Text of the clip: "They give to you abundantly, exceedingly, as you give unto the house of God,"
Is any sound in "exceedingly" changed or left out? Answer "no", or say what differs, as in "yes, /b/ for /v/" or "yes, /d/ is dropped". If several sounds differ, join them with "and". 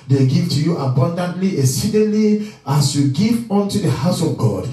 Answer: yes, /k/ is dropped